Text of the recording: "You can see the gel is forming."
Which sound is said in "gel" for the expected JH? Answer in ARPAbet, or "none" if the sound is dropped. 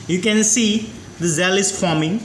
Z